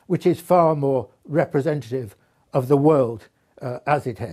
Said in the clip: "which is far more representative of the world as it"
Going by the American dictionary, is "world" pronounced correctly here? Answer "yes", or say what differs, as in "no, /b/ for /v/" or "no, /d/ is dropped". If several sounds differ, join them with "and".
yes